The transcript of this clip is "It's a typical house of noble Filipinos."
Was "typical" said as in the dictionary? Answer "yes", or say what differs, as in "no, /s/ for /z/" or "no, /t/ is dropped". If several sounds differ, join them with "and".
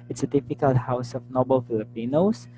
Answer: no, /f/ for /p/